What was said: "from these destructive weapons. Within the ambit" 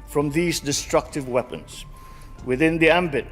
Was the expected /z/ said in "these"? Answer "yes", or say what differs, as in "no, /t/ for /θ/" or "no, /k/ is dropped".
yes